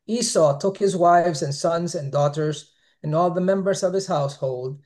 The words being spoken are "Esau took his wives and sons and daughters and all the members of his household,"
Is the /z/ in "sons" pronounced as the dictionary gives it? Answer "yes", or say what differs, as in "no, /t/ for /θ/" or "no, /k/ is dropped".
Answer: yes